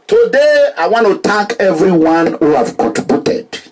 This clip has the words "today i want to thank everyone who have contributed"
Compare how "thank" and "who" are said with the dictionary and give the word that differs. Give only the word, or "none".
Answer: thank